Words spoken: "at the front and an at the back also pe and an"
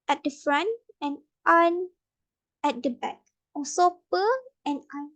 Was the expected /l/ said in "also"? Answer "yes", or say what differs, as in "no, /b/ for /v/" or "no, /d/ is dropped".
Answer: no, /l/ is dropped